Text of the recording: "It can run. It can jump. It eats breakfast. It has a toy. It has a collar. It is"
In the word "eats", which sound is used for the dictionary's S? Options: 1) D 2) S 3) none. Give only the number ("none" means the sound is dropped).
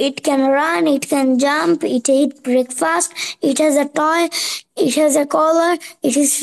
3